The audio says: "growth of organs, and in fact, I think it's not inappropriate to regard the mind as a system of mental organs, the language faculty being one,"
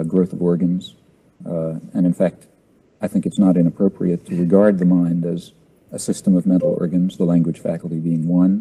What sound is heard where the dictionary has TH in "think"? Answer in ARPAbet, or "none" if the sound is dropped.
TH